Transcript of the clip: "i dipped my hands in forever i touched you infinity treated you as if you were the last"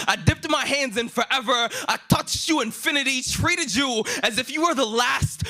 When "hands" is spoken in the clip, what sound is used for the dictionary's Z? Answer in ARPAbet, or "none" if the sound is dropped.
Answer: Z